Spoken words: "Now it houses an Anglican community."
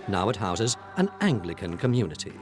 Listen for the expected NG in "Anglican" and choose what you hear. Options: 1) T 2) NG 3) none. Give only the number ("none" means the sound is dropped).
2